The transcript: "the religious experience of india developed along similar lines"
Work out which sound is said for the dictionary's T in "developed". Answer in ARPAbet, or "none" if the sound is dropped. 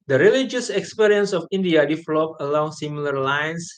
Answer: none